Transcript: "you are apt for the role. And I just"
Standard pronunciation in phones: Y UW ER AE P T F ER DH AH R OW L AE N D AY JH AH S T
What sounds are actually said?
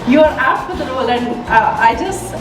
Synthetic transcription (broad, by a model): Y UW ER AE F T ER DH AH R OW L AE N D AY JH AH S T